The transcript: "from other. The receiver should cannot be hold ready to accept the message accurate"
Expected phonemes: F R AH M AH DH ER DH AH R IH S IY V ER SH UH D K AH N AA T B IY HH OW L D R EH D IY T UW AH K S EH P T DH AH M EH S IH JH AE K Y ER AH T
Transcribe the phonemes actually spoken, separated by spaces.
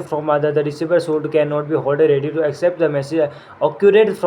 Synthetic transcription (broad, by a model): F R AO M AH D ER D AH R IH S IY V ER S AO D K AH N AA T B IY HH OW L D R EH D IY T UW AH K S EH P T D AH M EH S IH JH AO K Y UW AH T